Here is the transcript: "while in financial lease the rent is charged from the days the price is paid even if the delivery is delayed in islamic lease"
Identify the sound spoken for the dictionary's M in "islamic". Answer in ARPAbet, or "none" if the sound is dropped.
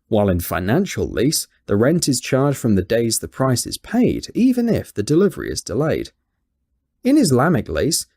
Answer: M